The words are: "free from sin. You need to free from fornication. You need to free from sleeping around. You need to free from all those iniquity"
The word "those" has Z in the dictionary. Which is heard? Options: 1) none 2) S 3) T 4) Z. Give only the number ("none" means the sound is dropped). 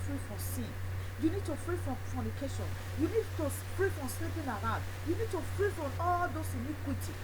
2